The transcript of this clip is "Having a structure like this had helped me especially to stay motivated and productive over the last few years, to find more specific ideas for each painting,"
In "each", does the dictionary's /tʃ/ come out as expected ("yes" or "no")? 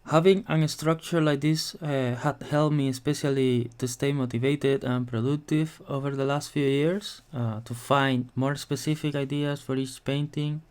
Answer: yes